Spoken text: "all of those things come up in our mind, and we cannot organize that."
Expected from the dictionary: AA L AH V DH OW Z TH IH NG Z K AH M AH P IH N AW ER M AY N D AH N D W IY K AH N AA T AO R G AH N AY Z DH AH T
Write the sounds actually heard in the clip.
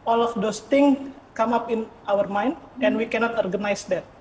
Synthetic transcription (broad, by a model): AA L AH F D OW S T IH NG K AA M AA P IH N AW ER M AY N D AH N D W IY K AH N AA T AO R G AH N AY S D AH T